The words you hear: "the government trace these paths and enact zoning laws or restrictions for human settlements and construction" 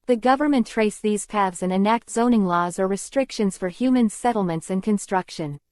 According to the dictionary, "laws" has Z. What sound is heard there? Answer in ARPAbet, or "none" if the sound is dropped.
Z